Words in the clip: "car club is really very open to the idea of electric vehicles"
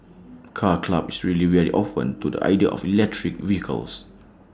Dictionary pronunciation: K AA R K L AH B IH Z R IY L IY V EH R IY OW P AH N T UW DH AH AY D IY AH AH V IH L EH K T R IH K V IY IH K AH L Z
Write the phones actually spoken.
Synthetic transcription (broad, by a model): K AA K L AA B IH S R IY L IY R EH L IY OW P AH N T UW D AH AY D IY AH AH F IH L EH K T R IH K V IY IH K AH L S